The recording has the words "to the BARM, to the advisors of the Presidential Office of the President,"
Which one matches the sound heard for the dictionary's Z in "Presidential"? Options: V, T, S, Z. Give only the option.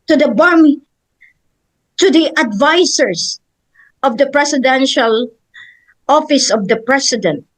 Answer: S